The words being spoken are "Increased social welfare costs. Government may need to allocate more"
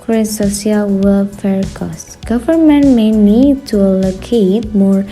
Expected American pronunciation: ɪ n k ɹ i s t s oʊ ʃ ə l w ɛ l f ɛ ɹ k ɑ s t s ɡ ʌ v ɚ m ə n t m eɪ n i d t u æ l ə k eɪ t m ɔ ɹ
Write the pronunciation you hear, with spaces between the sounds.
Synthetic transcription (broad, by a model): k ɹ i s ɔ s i ə l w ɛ l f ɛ ɹ k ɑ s s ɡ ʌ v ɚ m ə n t m eɪ n i d t u l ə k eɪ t m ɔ ɹ